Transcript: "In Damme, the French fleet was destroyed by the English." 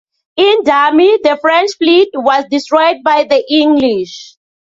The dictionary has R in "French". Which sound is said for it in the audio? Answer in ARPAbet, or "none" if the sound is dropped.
R